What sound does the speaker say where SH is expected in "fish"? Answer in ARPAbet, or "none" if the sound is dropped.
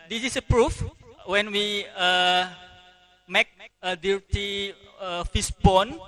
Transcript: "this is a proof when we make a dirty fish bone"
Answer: S